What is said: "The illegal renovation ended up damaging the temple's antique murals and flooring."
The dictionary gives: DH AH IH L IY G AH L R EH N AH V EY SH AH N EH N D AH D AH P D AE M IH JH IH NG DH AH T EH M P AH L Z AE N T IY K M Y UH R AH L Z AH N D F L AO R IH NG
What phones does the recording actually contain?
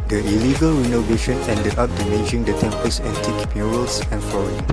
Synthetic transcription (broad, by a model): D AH IH L IY G AH L R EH N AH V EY SH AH N EH N D AH D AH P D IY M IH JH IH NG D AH T EH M P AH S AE T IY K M Y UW R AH L S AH N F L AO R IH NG